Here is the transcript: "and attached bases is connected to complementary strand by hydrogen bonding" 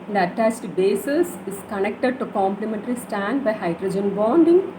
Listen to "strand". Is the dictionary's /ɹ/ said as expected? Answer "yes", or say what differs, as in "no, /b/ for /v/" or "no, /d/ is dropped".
no, /ɹ/ is dropped